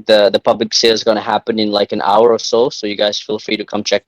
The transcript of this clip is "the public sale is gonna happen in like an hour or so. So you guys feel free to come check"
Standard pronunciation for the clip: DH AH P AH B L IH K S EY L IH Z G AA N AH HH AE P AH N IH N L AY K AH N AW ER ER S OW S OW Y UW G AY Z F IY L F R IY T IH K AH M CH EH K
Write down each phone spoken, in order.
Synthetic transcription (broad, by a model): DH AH P AH B L IH K S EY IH Z G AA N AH HH AE P AH N IH N L AY K AH N AW ER ER S OW S OW Y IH G AY Z F IY L F R IY T IH K AH M CH EH K